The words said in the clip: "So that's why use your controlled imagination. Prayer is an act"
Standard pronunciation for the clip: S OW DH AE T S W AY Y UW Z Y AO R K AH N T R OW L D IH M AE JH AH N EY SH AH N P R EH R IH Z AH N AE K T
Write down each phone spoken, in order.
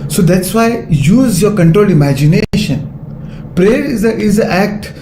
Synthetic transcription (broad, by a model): S OW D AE T S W AY Y UW Z Y AO R K AH N T R OW L D IH M AE JH AH N EY SH AH N P R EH R IH Z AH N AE K T